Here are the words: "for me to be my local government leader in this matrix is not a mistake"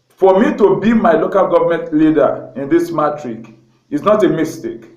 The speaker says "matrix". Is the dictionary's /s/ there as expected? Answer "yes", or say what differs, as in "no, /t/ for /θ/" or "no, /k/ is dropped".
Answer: no, /s/ is dropped